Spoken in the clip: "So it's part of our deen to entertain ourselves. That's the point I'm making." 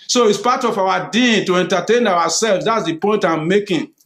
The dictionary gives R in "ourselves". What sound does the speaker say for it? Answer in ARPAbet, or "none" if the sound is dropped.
W